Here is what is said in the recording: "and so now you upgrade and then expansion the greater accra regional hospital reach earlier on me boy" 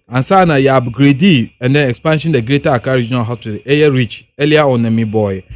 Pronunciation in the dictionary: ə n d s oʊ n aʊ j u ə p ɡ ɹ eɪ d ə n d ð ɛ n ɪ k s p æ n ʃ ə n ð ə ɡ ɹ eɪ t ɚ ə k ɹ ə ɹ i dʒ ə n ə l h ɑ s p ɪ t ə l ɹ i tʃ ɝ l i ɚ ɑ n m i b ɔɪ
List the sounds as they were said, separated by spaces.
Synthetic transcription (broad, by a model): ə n s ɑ n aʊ j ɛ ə b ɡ ɹ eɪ d ə n d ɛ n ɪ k s p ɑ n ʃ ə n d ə ɡ ɹ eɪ t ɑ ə k ə ɹ i dʒ ə n ə l h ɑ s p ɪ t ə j ɹ i tʃ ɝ l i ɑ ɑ n m i b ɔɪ